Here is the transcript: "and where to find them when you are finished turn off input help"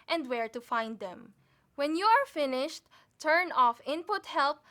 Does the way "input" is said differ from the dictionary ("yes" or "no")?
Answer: no